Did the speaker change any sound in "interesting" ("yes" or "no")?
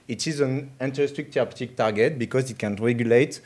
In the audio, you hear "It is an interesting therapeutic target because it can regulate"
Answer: yes